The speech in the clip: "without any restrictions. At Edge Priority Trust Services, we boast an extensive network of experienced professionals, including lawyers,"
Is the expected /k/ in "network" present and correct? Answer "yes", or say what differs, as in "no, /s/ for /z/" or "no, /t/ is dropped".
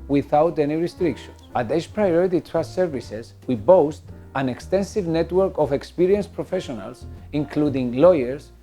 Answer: yes